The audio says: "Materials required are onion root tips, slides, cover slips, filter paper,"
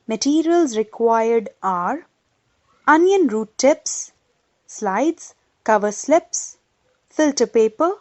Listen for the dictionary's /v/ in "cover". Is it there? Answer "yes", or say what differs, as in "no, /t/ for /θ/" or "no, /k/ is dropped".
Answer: yes